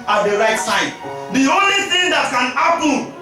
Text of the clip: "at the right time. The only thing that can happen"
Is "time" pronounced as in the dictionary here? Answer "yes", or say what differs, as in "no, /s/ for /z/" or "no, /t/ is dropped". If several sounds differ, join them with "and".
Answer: no, /s/ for /t/